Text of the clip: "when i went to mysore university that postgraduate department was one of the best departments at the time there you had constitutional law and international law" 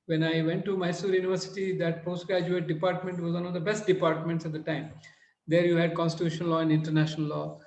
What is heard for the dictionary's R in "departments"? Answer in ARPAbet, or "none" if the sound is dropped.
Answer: R